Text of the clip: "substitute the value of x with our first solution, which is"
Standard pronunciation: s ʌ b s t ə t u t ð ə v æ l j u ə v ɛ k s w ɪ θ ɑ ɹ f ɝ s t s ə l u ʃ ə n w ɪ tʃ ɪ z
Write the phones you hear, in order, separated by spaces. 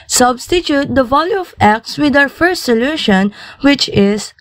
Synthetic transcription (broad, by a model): s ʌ b s t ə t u t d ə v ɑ l j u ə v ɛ k s w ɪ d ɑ w f ɝ s t s ə l u ʃ ə n w ɪ tʃ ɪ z